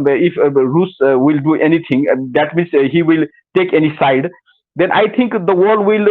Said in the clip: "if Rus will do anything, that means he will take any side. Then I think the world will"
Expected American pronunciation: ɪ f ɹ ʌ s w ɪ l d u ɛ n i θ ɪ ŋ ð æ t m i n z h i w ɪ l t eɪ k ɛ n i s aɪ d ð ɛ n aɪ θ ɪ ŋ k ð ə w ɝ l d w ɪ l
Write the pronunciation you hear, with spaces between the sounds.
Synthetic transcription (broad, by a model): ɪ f ɹ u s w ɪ l d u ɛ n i t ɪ ŋ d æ t m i n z h i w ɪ l t eɪ k ɛ n i s aɪ d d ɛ n aɪ t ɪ ŋ k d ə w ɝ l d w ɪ l